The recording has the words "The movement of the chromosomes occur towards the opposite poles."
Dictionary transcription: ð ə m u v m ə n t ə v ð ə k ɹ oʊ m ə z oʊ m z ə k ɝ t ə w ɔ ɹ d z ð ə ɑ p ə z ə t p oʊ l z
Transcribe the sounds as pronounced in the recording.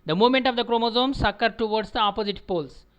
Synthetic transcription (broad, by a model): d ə m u m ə n t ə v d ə k ɹ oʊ m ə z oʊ m s ə k ɝ t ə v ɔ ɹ d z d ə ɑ p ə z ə t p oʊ l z